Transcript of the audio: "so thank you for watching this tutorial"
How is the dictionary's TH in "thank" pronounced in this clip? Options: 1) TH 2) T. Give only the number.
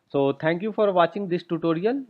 2